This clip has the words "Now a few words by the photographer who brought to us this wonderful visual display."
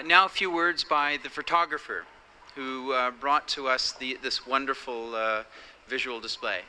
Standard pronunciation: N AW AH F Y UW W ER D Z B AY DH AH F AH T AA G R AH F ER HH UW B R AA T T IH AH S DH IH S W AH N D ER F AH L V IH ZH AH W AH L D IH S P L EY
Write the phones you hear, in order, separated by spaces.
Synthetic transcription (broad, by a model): N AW AH F Y UW W ER D Z B AY DH AH F AH T AA G R AH F ER HH UW B R AA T T IH AH S DH IH S W AH N D ER F L V IH ZH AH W L D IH S P L EY